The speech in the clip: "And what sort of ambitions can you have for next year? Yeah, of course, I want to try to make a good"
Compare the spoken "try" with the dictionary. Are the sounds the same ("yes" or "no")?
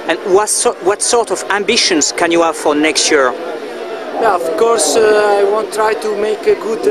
yes